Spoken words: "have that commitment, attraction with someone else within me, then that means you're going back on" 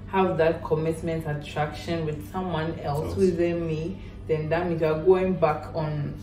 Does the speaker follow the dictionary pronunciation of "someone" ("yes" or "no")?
yes